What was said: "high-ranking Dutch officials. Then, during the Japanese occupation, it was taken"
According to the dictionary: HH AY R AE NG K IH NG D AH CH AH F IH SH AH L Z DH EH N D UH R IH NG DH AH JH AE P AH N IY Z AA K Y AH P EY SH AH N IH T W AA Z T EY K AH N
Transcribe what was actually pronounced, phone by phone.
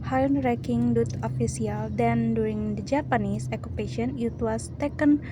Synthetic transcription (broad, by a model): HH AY R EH K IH NG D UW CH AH F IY S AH L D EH N D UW R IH NG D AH JH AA P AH N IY S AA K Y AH P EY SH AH N IH T W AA S T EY K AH N